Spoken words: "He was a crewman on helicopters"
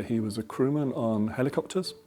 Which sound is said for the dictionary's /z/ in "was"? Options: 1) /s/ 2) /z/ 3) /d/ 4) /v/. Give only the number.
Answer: 2